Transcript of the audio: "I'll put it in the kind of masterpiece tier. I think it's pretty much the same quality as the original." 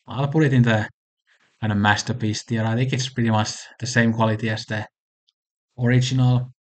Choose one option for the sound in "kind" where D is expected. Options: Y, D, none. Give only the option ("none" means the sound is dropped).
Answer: none